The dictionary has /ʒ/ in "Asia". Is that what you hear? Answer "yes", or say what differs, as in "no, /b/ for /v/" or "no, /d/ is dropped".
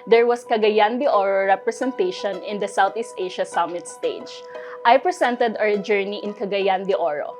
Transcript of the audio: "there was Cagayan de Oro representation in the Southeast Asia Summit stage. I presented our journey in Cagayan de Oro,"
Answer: no, /ʃ/ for /ʒ/